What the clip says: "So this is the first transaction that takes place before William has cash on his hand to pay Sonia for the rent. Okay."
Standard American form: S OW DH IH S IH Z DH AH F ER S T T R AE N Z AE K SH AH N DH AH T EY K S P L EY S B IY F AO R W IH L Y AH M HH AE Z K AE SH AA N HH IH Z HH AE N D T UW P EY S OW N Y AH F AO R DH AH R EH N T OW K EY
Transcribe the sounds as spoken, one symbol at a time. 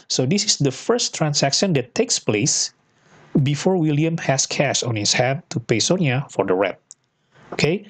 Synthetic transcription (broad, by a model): S OW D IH S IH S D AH F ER S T T R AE N S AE K SH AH N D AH T EY K S P L EY S B IY F AO R W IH L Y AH M HH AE S K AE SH AA N HH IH S HH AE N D T UW P EY S OW N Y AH F AO R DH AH R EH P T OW K EY